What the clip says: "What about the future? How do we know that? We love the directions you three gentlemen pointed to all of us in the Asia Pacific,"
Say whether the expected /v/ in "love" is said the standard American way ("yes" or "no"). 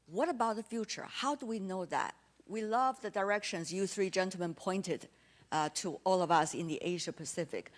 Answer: yes